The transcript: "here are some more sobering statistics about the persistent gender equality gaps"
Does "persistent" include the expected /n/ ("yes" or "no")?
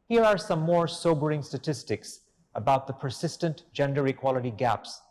yes